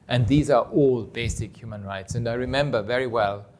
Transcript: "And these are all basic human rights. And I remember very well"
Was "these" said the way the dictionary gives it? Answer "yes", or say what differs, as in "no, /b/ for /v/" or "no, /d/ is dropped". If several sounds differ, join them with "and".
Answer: yes